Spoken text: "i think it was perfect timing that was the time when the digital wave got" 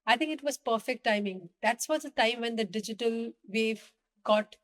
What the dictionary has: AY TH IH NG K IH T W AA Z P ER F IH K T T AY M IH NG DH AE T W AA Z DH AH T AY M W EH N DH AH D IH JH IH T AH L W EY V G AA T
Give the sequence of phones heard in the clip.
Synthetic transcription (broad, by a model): AY T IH NG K IH T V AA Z P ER F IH K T T AY M IH NG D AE T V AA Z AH T AY M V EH N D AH D IH JH IH T AH L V EY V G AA T